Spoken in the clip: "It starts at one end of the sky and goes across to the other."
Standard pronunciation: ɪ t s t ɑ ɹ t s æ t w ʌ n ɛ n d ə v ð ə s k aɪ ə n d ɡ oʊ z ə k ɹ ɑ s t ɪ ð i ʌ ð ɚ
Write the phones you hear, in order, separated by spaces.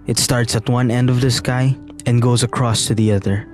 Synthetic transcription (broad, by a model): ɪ t s t ɑ ɹ t s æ t w ʌ n ɛ n d ə v ð ə s k aɪ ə n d ɡ oʊ z ə k ɹ ɑ s t ɪ ð i ʌ ð ɚ